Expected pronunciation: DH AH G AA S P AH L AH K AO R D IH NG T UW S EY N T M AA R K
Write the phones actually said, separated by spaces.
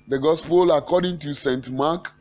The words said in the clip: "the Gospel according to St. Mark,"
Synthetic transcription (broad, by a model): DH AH G AA S P AH L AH K AO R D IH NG T UW S EY N T M AA K